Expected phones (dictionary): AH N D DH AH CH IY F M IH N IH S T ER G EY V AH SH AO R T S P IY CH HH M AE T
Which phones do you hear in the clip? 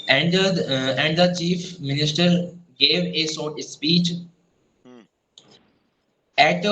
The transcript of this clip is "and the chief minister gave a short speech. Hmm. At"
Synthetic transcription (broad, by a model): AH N D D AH CH IY F M IH N IH S T ER G EY V AH S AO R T S P IY CH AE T